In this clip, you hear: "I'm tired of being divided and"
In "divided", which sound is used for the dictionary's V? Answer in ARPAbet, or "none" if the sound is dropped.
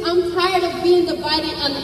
B